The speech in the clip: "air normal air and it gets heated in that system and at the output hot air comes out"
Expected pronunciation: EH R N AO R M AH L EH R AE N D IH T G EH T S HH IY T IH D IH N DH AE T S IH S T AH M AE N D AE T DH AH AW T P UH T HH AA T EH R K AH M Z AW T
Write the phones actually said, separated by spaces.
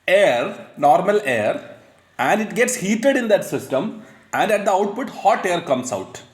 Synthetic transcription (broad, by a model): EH R N AO R M AH L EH R AE N D IH T G EH T S HH IY T IH D IH N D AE T S IH S T AH M AE N D AE T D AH AW T P UH T HH AA T EH R K AH M S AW T